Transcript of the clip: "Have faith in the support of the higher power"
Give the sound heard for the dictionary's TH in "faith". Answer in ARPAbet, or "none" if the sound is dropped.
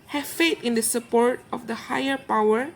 T